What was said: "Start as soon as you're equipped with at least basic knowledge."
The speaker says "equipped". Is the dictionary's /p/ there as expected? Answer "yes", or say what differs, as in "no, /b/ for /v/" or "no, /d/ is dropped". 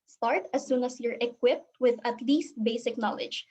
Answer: yes